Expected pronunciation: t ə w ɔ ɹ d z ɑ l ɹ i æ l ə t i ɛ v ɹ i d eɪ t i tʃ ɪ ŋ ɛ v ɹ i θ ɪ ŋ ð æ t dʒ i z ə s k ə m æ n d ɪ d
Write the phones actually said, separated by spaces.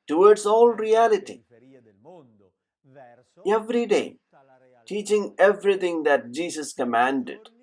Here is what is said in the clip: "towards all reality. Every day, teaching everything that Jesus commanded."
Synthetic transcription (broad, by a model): t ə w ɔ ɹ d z ɑ l ɹ i æ l ə t i ɛ v ɹ i d eɪ t i tʃ ɪ ŋ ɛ v ɹ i t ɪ ŋ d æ t dʒ i s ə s k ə m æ n d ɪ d